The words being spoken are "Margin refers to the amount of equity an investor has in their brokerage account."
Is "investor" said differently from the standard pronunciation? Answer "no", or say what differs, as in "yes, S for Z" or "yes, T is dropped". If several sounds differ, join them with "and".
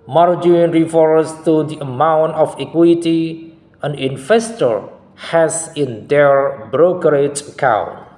yes, F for V